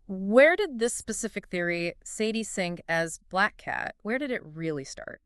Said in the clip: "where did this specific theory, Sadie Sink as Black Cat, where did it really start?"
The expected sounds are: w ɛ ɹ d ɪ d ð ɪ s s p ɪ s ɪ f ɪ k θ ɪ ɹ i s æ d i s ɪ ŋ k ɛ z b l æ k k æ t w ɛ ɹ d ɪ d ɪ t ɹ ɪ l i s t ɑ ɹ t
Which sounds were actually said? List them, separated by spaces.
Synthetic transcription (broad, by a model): w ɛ ɹ d ɪ d ð ɪ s s p ɪ s ɪ f ɪ k θ ɪ ɹ i s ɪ d i s ɪ ŋ k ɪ z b l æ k k æ t w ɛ ɹ d ɪ d ɪ t ɹ ɪ l i s t ɑ ɹ t